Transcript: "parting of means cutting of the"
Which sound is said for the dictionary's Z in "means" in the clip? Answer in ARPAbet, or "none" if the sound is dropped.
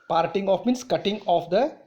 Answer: S